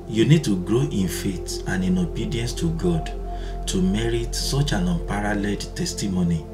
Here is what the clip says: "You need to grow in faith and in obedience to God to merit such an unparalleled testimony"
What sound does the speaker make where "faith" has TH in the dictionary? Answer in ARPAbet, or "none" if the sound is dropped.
T